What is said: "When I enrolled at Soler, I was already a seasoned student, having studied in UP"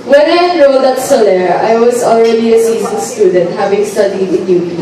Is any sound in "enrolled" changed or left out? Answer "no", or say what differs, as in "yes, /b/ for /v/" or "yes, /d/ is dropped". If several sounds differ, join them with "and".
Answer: yes, /n/ is dropped and /l/ is dropped